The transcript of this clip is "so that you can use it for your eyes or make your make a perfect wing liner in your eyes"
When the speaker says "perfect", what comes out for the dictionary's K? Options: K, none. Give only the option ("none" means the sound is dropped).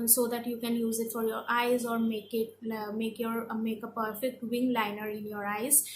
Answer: K